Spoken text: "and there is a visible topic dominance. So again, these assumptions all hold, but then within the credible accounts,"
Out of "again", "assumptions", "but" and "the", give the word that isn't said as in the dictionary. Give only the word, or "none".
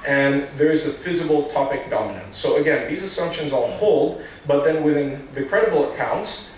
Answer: none